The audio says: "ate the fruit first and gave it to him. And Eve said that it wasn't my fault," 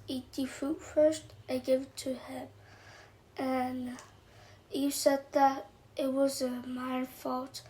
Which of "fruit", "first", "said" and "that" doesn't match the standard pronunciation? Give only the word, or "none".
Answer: fruit